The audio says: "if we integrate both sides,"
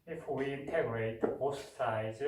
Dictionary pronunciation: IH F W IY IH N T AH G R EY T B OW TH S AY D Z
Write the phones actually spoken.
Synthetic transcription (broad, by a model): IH F W IY IH N T AH G R EY T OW S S AY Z